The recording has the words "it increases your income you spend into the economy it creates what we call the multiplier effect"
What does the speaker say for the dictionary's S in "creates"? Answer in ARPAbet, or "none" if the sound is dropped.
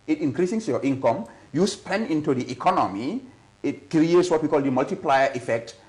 S